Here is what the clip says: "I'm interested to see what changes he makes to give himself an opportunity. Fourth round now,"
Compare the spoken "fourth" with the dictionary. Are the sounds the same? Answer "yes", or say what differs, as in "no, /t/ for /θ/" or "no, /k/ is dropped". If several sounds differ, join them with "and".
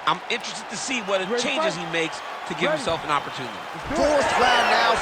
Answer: no, /s/ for /θ/